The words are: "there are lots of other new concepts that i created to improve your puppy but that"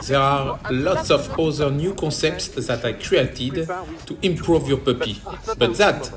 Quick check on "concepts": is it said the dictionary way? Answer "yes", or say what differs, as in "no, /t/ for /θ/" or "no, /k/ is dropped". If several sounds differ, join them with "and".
no, /n/ is dropped